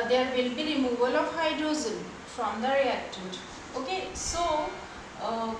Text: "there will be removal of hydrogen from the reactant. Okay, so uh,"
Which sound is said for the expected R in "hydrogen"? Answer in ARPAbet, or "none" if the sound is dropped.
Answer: none